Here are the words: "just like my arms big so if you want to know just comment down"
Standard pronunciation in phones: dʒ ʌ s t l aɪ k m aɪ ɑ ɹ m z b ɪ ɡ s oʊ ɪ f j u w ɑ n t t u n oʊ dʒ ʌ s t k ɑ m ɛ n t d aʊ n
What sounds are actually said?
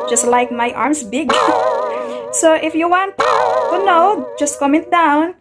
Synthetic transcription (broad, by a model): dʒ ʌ s t l aɪ k m aɪ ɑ ɹ m s b ɪ ɡ s oʊ ɪ f j u w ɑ n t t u n oʊ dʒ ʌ s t k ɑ m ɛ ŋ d aʊ n